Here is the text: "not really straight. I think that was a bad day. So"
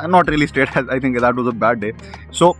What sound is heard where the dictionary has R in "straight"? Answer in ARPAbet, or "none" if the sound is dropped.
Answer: none